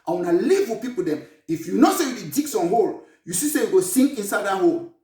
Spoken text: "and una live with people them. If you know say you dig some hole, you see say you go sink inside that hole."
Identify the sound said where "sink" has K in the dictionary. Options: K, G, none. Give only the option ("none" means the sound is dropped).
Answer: none